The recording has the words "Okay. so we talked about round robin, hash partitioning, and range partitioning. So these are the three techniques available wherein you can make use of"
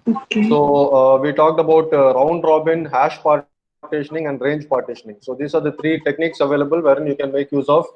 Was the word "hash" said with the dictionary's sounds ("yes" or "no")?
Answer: yes